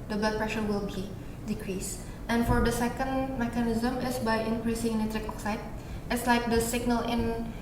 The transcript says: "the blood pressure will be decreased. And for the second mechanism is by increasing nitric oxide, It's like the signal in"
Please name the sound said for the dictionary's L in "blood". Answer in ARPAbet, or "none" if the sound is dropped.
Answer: none